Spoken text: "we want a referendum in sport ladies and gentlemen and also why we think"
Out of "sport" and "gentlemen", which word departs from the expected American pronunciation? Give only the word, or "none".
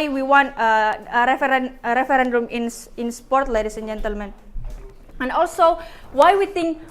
none